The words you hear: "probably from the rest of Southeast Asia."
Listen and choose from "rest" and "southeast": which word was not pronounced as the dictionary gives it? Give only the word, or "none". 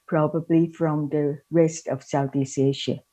southeast